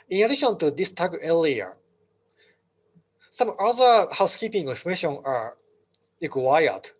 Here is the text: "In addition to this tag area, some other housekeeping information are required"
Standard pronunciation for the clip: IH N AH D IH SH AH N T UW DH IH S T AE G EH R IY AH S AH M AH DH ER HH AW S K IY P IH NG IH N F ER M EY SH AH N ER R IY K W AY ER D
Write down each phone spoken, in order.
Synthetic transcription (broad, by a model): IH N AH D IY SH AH N T UW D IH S T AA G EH L IY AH S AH M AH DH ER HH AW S K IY P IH NG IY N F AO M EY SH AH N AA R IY K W AY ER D